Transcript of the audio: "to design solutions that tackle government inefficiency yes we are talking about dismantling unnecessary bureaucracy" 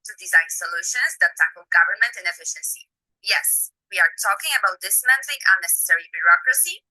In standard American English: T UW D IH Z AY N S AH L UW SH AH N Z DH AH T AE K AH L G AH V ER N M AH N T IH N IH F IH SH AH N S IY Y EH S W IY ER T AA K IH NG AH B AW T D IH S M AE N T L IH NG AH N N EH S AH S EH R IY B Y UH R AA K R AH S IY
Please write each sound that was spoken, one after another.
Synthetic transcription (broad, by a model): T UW D IH Z AY N S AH L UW SH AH N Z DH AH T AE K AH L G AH V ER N M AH N T IH N IH F IH SH AH N S IY Y EH S W IY ER T AA K IH NG AH B AW T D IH S M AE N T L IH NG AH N N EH S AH S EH R IY B Y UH R AA K R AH S IY